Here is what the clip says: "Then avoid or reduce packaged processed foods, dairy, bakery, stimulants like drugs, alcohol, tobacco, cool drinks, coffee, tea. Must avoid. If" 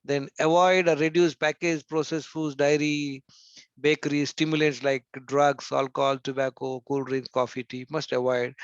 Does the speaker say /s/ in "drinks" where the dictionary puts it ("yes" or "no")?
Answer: no